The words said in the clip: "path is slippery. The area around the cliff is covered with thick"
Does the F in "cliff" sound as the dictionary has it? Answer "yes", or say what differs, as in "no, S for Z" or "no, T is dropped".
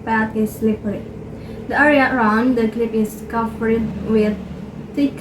no, P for F